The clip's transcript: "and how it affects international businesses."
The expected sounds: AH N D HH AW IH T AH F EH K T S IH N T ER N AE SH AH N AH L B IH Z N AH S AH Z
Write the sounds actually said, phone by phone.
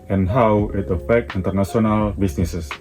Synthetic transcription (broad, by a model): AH N HH AW IH T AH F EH K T IH N T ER N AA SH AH N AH L B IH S N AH S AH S